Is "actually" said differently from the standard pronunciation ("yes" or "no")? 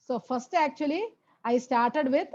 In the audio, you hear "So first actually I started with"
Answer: no